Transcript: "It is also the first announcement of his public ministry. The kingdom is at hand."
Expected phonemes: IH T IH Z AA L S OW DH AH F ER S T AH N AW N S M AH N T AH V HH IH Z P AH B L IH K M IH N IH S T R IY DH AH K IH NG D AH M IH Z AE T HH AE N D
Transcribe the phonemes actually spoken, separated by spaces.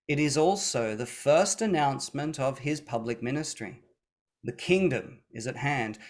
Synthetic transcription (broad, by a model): IH T IH Z AA L S OW DH AH F ER S T AH N AW N S M AH N T AH V IH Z P AH B L IH K M IH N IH S T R IY DH AH K IH NG D AH M IH Z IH T HH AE N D